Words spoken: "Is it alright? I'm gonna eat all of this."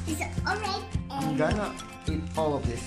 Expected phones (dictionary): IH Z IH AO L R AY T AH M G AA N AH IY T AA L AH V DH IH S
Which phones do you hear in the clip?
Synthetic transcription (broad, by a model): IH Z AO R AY AH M G AA N AH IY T AA L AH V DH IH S